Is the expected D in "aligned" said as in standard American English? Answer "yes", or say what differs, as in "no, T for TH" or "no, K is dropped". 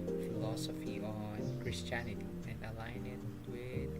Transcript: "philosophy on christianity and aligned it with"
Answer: no, D is dropped